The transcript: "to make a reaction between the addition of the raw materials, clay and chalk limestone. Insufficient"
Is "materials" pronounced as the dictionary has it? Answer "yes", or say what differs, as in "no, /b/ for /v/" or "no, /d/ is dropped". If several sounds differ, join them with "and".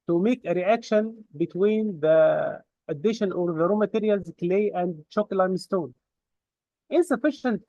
yes